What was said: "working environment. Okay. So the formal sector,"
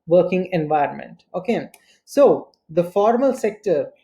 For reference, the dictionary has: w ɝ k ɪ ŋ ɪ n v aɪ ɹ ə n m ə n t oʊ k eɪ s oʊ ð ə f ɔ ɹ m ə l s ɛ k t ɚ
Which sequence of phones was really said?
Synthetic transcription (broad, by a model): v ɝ k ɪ ŋ ɪ n v aɪ ɹ ə n m ə n t oʊ k eɪ s oʊ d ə f ɔ ɹ m ə l s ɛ k t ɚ